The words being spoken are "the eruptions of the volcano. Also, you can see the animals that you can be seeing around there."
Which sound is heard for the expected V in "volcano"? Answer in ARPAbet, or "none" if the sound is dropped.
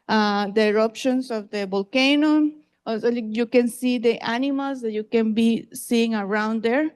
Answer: B